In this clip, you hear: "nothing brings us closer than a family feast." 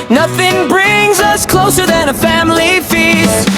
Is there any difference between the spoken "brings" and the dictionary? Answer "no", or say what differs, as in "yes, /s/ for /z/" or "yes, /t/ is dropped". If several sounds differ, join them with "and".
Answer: no